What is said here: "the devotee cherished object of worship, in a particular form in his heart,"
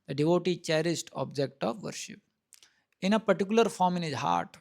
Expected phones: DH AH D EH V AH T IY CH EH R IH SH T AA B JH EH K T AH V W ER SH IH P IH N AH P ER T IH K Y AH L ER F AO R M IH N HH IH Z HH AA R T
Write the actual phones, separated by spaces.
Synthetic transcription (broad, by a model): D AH D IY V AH T IY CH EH R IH S T AA B JH EH K T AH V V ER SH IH P IH N AH P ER T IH K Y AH L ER F AO R M IH N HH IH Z HH AA R T